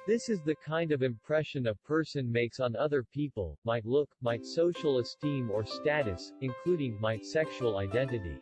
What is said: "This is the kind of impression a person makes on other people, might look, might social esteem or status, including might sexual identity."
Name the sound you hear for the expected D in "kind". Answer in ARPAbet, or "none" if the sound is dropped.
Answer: D